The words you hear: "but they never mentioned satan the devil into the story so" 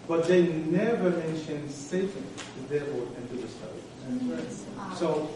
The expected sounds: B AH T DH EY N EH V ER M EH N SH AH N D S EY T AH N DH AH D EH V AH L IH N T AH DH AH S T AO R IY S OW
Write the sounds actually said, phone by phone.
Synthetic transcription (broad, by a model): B AH T DH EY N EH V ER M EH N SH AH N D S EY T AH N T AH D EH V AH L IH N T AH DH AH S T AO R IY S OW